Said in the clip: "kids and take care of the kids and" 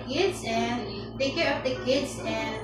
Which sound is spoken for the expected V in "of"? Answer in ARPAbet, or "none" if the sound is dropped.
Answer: P